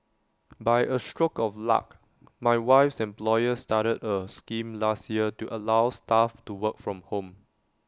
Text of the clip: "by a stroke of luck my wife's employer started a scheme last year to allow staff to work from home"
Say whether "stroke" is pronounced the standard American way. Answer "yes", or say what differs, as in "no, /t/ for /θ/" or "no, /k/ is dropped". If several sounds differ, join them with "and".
yes